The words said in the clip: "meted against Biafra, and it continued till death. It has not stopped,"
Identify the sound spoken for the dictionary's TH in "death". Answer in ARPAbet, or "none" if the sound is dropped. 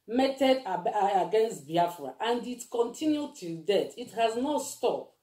T